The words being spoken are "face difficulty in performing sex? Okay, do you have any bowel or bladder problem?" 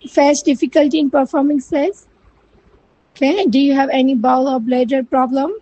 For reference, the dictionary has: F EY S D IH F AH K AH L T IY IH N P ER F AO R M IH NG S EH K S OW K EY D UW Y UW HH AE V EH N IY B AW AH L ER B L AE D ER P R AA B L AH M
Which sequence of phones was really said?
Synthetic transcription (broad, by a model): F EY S D IH F AH K AH L T IY IH N P ER F AO R M IH NG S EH S OW K EY D UW Y UW HH AE V EH N IY B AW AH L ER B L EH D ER P R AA B L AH M